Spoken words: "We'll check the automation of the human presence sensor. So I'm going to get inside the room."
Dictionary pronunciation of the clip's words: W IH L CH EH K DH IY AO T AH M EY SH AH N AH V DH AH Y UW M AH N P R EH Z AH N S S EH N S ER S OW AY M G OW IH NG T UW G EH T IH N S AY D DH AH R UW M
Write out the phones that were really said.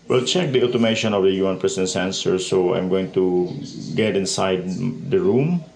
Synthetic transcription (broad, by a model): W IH L CH EH K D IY AO T AH M EY SH AH N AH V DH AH Y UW AH N P R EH S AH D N S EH N S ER S OW AY M G OW IH NG T UW G EH T IH N S AY D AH R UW M